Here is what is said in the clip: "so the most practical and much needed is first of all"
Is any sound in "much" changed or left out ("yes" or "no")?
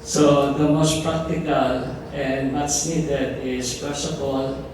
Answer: yes